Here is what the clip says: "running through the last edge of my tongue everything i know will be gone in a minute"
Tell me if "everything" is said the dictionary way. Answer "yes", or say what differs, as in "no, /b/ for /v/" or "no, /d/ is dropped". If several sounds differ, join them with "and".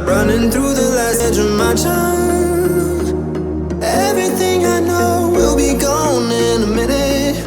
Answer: yes